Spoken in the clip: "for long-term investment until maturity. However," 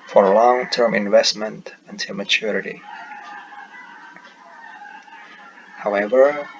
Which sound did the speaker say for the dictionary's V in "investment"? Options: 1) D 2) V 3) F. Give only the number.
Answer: 2